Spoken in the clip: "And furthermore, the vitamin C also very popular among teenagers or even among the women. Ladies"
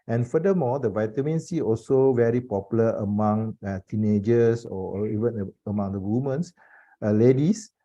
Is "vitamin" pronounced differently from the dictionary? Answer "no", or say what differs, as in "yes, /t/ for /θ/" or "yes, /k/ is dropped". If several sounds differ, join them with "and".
no